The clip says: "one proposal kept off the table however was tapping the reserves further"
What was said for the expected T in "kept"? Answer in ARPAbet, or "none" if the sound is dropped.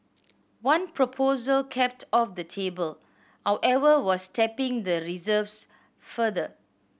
T